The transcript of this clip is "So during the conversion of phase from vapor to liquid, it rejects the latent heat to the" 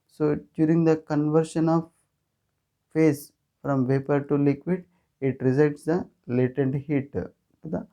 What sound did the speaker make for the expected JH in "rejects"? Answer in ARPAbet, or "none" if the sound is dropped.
Z